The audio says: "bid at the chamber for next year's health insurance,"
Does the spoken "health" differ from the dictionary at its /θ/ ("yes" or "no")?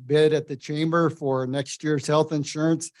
no